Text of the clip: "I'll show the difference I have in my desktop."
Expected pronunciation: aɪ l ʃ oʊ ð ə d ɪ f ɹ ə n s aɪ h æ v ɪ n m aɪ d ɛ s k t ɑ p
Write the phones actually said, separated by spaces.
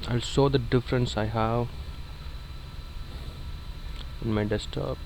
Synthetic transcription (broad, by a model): aɪ l s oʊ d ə d ɪ f ɹ ə n s aɪ h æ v ɪ n m aɪ d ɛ s t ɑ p